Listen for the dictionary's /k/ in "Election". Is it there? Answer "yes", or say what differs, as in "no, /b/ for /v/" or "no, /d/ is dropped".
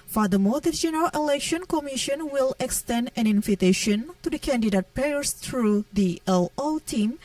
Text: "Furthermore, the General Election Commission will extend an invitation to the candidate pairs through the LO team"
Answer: yes